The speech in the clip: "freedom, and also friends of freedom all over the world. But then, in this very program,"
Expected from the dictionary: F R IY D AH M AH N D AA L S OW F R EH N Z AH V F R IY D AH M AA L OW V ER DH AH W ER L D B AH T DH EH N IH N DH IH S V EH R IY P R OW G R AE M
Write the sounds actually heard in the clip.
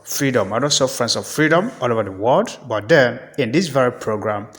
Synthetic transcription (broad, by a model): F R IY D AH M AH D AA S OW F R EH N S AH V F R IY D AH M AA L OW V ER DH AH W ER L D B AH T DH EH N IH N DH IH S V EH R IY P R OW G R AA M